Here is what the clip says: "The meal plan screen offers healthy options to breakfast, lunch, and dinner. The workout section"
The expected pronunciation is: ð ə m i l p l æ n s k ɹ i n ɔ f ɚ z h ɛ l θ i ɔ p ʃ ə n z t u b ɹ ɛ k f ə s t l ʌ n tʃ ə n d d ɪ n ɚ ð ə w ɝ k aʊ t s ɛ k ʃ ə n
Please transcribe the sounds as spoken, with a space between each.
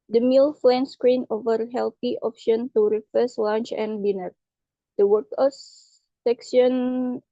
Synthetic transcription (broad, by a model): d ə m i l f l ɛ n s k ɹ i n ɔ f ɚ h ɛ l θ i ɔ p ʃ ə n t u ɹ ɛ f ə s l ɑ n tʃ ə n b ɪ n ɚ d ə w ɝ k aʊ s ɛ k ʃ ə n